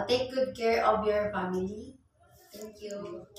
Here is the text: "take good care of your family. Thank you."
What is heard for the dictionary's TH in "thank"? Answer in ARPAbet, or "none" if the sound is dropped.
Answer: T